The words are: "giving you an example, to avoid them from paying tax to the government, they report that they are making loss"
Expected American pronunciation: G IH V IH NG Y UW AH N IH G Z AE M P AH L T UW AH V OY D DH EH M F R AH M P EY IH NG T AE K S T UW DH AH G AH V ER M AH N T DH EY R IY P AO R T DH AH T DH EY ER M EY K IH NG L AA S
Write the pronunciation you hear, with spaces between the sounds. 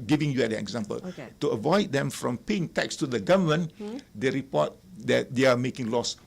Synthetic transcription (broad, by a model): G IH V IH NG Y UW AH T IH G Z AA M P AH L T UW AH V OY D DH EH M F R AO M P EY IH NG T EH K S T UW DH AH G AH V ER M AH N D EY R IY P AO T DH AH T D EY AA M EY K IH NG L AA S